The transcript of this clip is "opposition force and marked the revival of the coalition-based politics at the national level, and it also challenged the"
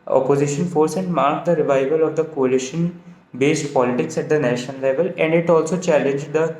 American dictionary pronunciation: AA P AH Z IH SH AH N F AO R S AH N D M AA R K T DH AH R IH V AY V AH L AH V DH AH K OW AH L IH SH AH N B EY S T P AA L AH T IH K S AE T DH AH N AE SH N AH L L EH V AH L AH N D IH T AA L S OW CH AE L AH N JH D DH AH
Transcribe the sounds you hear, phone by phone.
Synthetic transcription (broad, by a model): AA P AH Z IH SH AH N F AO R S AH N D M AA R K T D AH R IH V AY V AH L AH V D AH K OW AH L IH SH AH N B EY S T P AA L AH T IH K S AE T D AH N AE SH AH N L EH V AH L AH N D IH T AA L S OW CH AE L AH N JH D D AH